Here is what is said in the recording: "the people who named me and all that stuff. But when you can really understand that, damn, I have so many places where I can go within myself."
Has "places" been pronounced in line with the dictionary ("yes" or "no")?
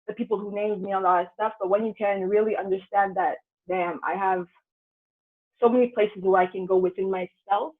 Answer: yes